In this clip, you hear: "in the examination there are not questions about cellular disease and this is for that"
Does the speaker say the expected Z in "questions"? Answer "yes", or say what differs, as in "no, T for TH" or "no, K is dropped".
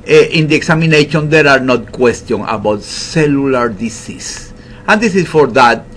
no, Z is dropped